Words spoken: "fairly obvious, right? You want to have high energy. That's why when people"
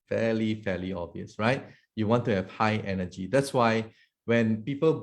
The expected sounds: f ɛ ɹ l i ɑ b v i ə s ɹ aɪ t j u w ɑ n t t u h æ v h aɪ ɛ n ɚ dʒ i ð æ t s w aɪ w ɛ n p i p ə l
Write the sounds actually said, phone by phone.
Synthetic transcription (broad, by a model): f ɛ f l i ɑ v i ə s ɹ aɪ t j u w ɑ n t t u h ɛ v h aɪ ɛ n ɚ dʒ i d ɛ t s w aɪ w ɛ n p i p ə l